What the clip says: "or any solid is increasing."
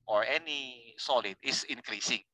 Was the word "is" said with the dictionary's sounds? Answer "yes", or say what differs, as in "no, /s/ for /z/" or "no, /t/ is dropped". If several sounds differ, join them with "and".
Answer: no, /s/ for /z/